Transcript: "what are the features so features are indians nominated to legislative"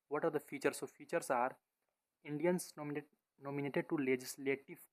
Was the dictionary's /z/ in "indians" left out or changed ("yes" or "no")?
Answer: yes